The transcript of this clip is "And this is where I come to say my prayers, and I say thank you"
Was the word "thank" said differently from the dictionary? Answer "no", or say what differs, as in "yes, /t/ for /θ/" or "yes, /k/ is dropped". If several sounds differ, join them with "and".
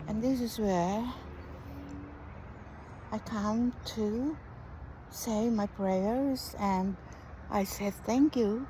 no